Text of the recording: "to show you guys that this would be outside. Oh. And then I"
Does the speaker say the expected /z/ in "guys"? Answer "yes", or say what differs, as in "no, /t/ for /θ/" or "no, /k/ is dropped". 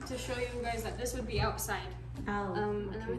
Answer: yes